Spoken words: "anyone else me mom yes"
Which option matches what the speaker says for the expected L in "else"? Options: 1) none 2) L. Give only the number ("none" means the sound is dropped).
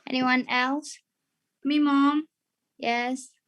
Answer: 2